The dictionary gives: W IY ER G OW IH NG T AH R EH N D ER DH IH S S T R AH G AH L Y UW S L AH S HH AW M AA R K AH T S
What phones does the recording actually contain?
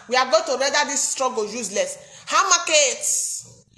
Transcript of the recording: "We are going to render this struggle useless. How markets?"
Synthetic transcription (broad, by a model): W IY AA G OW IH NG T AH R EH D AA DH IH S S T R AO G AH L Y UW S L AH S HH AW M AA K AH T